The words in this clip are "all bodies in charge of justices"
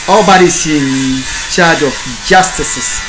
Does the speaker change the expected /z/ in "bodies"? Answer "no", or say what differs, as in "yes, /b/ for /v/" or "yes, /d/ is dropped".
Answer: yes, /s/ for /z/